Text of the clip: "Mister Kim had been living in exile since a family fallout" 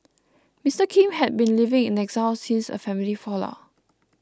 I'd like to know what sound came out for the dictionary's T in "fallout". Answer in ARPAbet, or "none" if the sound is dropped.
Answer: none